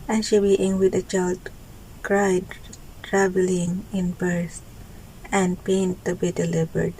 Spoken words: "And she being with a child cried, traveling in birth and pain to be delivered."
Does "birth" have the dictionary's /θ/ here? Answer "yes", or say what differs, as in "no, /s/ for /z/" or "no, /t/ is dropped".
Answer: no, /s/ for /θ/